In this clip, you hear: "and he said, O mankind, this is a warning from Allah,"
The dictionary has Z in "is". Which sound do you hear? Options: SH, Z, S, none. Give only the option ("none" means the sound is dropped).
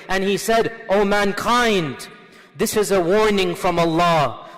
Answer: Z